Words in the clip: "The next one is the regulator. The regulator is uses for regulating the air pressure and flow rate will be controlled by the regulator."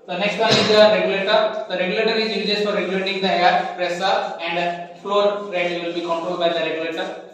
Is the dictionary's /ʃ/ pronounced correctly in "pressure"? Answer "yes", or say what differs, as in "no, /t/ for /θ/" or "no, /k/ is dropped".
no, /s/ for /ʃ/